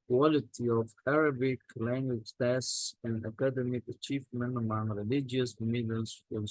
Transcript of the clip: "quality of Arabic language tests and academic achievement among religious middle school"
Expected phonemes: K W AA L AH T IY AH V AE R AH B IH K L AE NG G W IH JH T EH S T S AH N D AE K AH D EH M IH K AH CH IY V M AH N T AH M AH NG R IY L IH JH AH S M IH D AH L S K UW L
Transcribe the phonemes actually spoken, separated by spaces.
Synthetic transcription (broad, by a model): K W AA L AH T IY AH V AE R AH B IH K L AE NG G W IH JH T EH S S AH N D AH K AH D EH M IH K AH CH IY V M AH N T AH M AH NG R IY L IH JH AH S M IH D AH N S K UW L